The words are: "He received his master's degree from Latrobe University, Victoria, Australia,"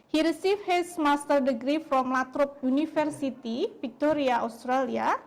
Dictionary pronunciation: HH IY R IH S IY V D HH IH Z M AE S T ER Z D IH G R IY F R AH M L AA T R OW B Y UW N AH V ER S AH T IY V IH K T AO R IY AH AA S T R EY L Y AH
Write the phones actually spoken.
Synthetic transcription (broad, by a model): HH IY R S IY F HH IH S M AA S T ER D IH G R IY F R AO M L AA T R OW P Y UW N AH F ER S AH T IY F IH K T AO R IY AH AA S T R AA L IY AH